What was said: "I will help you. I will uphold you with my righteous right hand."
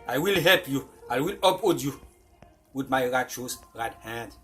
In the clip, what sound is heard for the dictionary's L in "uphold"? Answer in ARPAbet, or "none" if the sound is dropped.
none